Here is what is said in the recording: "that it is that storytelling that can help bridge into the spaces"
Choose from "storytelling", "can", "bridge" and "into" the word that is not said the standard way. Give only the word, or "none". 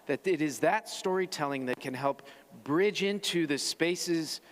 none